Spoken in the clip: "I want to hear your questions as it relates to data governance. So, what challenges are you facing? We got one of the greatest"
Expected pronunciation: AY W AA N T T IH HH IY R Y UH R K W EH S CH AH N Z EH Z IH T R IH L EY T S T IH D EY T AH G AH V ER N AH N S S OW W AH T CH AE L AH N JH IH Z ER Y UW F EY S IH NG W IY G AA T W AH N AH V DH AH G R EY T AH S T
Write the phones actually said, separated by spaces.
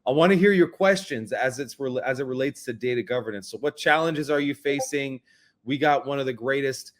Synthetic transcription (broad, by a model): AY W AA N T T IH HH IY R Y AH R K W EH S CH AH N Z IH Z IH T R IH L EY T S T IH D EY T AH G AH V ER N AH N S S OW W AH T CH AE L AH N JH IH Z ER Y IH F EY S IH NG W IY G AA T W AH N AH V DH AH G R EY T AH S T